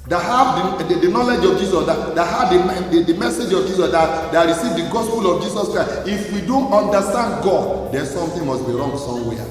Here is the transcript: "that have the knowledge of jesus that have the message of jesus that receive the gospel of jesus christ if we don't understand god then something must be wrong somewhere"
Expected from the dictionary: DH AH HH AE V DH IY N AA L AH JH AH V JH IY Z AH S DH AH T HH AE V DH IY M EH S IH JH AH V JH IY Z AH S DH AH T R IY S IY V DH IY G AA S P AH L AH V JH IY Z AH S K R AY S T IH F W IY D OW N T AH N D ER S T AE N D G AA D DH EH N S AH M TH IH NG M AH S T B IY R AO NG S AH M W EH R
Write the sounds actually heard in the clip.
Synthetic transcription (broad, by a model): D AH HH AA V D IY N AA L AH JH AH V JH IY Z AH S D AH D HH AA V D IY M EH S IH JH AH V JH IY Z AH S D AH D R IY S IY V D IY G AA S P AH L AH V JH IY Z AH S K R AY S IH F W IY D OW N T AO N D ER S T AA N D G AA D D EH N S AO M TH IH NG M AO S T B IY R AO NG S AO M W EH